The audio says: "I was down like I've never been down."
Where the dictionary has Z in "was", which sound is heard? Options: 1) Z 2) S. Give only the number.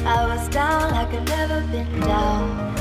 1